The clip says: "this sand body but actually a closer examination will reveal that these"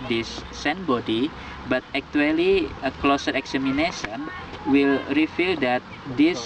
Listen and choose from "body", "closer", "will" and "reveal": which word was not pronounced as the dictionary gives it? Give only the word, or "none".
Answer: reveal